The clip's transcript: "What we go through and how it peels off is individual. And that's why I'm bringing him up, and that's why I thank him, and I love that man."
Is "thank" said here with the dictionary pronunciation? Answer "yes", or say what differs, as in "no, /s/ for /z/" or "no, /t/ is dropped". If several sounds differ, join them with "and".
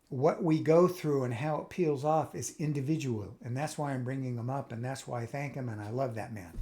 yes